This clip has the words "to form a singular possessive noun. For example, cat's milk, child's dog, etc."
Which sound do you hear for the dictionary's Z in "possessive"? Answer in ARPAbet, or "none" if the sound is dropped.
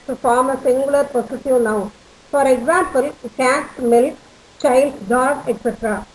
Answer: S